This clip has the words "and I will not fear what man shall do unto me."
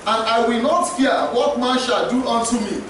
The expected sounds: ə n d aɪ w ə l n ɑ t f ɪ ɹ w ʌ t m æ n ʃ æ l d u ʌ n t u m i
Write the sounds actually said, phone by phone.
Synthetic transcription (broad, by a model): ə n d aɪ w ə l n ɑ t f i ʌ w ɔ t m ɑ n ʃ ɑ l d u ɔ n t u m i